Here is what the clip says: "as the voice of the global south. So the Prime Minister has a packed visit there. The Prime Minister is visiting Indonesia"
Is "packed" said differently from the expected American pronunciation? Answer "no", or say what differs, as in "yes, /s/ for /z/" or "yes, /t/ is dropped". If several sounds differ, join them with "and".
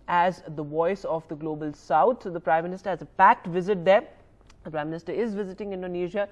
no